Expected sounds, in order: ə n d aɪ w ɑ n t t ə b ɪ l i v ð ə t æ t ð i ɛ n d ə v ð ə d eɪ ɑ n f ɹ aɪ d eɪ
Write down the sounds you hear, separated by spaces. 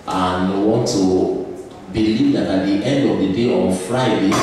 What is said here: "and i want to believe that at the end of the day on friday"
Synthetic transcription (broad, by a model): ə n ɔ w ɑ n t t ə b ɪ l i v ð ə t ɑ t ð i ɛ n d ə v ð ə d eɪ ɑ n f ɹ aɪ d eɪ